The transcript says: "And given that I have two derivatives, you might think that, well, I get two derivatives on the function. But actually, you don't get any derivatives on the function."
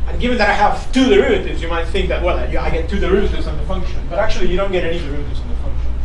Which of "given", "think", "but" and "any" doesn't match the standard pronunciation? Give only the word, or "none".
none